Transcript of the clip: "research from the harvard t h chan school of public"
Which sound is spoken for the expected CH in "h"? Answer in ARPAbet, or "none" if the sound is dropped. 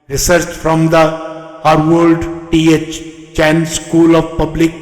CH